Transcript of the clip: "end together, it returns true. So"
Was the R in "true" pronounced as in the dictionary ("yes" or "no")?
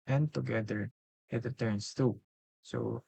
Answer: no